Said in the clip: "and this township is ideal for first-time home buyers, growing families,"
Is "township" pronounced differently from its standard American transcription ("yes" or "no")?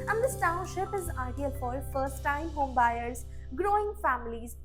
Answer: no